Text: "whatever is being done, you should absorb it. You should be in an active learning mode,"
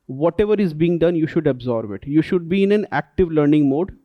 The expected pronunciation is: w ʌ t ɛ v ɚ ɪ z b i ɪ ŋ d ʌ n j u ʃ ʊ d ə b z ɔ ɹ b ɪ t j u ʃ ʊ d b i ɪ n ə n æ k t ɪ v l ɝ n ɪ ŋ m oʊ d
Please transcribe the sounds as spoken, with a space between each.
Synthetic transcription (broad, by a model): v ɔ t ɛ v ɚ ɪ z b i ɪ ŋ d ʌ n j u ʃ ʊ d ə b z ɔ ɹ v ɪ t j u ʃ ʊ d b i ɪ n ə n æ k t ɪ v l ɝ n ɪ ŋ m oʊ d